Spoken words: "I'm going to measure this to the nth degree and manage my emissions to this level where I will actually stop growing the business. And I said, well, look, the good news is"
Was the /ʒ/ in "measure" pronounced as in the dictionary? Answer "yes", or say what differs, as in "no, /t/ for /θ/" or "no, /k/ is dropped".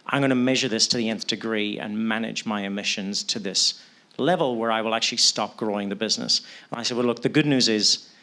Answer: yes